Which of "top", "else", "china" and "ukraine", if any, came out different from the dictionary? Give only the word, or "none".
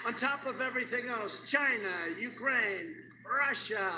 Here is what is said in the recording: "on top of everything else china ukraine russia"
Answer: none